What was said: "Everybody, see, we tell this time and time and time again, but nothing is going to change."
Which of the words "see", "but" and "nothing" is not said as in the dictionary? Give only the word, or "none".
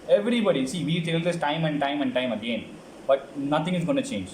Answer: nothing